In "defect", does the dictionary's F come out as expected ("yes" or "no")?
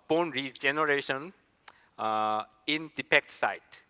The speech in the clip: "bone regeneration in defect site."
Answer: no